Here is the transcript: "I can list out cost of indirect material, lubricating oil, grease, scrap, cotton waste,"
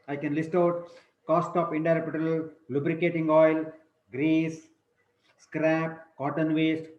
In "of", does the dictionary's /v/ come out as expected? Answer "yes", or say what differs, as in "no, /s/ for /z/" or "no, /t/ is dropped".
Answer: no, /p/ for /v/